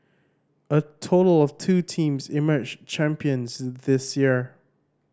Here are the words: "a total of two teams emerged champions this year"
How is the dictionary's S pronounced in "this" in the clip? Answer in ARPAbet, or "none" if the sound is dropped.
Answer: S